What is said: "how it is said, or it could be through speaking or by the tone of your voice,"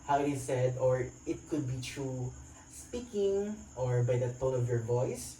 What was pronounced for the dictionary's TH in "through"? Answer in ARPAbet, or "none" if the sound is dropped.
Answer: T